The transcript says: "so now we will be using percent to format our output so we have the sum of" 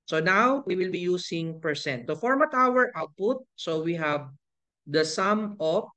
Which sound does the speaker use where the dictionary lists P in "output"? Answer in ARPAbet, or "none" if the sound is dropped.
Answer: P